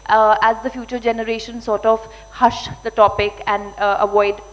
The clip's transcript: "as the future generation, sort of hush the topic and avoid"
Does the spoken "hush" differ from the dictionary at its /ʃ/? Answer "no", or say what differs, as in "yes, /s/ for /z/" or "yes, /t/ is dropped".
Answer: no